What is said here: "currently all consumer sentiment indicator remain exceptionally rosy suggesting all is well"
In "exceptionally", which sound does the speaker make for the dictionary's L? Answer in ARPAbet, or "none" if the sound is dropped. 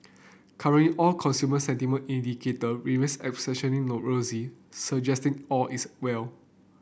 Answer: N